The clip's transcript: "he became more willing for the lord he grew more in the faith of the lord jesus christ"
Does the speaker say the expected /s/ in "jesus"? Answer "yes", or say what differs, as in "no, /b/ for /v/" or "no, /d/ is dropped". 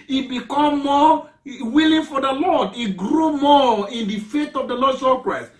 no, /s/ is dropped